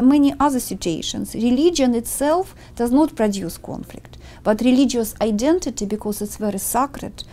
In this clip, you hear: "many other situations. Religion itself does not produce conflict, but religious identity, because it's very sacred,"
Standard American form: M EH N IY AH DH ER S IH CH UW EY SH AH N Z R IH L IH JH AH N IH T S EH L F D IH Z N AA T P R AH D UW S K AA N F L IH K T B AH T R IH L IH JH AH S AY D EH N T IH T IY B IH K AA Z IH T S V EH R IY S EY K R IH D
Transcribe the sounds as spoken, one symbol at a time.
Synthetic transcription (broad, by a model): M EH N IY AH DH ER S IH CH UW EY SH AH N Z R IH L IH JH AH N IH T S EH L F D IH Z N AA T P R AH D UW S K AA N F L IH K T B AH T R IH L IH JH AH S AY D EH N T IH T IY B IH K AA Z IH T S V EH R IY S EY K R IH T